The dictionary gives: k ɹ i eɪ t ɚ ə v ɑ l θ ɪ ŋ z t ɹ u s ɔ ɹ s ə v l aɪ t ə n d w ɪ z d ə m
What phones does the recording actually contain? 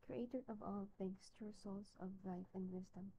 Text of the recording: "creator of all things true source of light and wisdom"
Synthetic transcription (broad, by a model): k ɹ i eɪ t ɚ ə v ɑ l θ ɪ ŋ s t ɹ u s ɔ l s ə v l aɪ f ə n d w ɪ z d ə m